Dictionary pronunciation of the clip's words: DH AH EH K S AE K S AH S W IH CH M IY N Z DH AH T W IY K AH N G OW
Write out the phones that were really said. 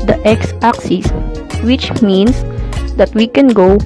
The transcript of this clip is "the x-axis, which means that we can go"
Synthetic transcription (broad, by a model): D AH EH K S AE K S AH S W IH CH M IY N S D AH T W IY K AH N G OW